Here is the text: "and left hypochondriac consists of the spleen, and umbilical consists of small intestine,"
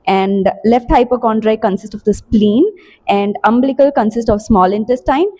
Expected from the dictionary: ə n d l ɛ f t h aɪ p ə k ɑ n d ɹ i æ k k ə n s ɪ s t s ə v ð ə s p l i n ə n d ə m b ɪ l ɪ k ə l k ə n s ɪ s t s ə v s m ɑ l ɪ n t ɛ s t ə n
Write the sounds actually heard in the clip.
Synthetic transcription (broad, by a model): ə n d l ɛ f t h aɪ p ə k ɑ n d ɹ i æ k k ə n s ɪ s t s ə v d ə s p l i n ə n d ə m b l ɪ k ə l k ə n s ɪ s t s ə v s m ɑ l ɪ n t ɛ s t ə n